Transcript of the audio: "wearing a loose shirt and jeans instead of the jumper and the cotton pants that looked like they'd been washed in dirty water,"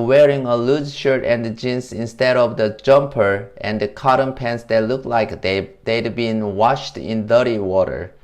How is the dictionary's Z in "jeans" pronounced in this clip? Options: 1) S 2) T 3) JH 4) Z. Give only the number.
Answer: 1